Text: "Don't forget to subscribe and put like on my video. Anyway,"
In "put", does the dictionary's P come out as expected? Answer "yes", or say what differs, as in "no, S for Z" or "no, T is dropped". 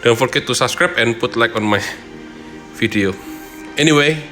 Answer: yes